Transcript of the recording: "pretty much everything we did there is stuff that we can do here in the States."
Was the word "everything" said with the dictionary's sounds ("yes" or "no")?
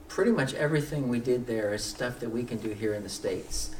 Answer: yes